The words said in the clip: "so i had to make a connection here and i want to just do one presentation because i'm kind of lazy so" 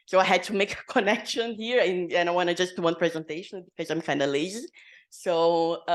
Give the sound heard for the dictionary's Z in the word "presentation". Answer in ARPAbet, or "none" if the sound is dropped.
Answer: Z